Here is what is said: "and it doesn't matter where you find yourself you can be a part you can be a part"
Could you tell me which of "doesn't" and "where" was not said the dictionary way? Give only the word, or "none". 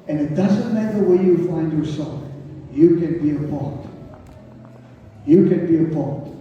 where